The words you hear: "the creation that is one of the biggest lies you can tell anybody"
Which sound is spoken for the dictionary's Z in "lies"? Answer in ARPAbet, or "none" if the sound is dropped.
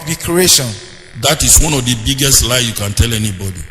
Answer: none